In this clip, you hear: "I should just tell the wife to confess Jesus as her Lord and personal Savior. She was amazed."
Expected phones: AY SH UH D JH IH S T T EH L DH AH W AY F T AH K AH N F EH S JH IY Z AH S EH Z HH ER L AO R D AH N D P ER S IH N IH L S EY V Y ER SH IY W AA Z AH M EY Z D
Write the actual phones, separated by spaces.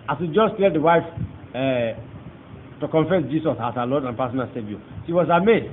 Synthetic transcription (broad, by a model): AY S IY JH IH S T T EH L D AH W AY F T AH K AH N F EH S JH IY S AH S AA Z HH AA L AO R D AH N P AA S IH N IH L S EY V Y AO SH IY W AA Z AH M EY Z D